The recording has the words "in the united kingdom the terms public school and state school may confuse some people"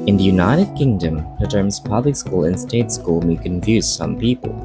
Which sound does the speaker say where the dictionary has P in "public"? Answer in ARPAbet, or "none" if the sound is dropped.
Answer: P